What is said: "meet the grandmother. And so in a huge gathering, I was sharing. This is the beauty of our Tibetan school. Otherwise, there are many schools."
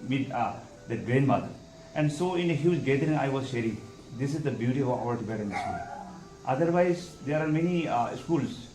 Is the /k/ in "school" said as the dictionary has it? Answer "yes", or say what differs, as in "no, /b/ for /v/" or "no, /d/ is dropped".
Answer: no, /k/ is dropped